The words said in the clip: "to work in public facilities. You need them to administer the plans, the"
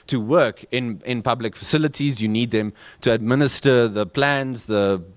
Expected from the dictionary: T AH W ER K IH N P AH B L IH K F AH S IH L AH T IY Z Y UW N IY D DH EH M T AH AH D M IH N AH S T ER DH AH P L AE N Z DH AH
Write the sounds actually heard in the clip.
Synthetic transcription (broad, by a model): T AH W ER K IH N P AH B L IH K F AH S IH L AH T IY Z Y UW N IY D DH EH M T AH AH D M IH N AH S T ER DH AH P L AE N Z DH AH